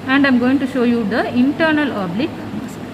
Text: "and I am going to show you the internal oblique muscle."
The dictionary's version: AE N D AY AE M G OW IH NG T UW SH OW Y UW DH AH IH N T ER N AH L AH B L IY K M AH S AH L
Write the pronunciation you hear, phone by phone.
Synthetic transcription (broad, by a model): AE N D AY M G OW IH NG T UW SH OW Y UW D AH IH N T ER N AH L AH B L IY K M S